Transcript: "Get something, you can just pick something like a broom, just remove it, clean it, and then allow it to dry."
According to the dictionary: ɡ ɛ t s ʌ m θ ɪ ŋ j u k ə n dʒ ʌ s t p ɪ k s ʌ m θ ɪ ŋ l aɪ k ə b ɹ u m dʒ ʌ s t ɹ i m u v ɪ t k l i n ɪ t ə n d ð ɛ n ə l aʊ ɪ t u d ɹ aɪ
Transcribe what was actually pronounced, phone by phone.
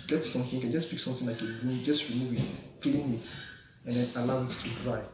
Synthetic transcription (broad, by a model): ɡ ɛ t s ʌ m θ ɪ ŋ k ə n dʒ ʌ s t p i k s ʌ m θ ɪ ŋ l aɪ k ə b u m dʒ ʌ s t ɹ i m u v ɪ t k l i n ɪ t ə n d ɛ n ə l aʊ ɪ t u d ɹ aɪ